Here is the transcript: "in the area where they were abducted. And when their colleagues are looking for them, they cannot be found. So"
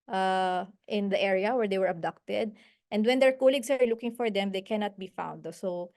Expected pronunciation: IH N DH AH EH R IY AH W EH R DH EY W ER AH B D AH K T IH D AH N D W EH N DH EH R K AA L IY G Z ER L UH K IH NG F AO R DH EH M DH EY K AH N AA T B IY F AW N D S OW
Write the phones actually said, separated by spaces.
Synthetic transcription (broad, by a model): IH N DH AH EH R IY AH W EH R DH EY W ER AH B D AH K T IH D AH N D W EH N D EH R K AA L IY G S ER L UH K IH NG F AO R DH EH M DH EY K AH N AA T B IY F AW N D S OW